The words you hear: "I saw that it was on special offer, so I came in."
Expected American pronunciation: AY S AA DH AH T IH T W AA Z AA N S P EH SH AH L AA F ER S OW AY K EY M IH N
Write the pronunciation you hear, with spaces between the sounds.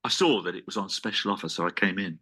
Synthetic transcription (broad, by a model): AY S AA DH AH T IH T W AA Z N S P EH SH AH L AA F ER S OW AY K EY M IH N